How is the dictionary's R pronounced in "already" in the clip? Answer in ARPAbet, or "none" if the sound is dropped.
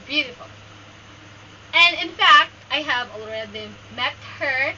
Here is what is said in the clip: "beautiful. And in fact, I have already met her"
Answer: L